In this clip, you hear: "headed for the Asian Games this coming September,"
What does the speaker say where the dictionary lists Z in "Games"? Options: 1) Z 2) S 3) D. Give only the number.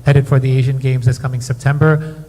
1